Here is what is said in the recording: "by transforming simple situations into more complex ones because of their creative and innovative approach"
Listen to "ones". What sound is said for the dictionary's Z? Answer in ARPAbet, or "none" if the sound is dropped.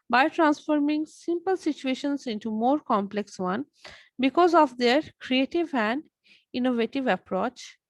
none